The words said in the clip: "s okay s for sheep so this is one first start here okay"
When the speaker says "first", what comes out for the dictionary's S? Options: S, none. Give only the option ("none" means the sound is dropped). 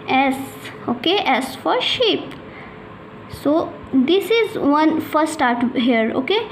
none